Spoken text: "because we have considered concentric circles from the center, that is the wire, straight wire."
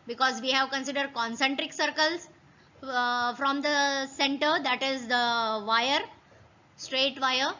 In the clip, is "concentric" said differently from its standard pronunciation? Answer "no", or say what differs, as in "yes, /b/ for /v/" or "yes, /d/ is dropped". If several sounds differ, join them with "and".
no